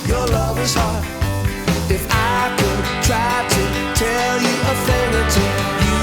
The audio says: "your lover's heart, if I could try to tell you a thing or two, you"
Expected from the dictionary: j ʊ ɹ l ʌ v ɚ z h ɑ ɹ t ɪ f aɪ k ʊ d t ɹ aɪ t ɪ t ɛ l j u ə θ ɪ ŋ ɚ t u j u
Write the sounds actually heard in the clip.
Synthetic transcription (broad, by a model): j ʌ ɹ l ʌ v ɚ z h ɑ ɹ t ɪ f aɪ k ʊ d t ɹ aɪ t ɪ t ɛ l j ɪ ə f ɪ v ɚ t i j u